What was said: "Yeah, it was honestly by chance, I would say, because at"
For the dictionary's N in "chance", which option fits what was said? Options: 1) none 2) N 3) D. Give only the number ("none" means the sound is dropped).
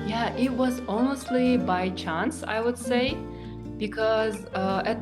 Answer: 2